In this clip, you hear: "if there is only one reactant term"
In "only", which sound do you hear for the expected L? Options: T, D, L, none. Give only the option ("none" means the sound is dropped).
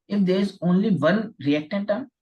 L